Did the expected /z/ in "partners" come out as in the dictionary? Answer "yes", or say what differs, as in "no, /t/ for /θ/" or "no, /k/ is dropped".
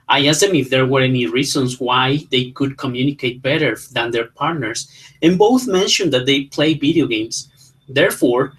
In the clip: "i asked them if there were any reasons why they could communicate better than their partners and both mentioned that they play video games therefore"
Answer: no, /s/ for /z/